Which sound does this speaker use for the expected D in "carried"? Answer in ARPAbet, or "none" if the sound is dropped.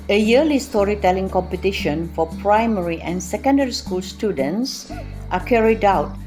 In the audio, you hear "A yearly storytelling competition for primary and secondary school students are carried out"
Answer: D